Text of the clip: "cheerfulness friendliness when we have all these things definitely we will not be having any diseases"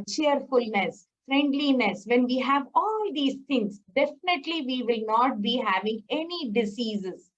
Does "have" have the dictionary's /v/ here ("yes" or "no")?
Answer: yes